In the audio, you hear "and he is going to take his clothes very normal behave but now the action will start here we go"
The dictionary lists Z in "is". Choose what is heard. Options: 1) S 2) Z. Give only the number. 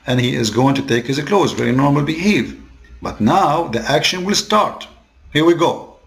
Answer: 2